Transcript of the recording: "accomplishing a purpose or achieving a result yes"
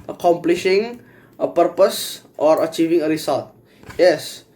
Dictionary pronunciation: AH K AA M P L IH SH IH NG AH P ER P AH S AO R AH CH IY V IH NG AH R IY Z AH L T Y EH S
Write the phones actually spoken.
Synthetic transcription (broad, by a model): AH K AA M P L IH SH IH NG AH P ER P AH S AO R AH CH IY V IH NG AH R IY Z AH L T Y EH S